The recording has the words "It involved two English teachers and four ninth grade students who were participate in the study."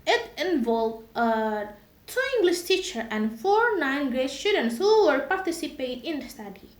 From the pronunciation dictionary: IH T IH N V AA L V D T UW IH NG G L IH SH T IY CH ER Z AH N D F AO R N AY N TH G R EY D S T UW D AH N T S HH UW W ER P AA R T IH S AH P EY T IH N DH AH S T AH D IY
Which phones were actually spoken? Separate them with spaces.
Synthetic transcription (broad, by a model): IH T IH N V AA L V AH T UW IH NG G L IH SH T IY CH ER AH N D F AO R N AY N G R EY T S T UW D AH N T S HH UW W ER P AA R T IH S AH P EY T IH N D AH S T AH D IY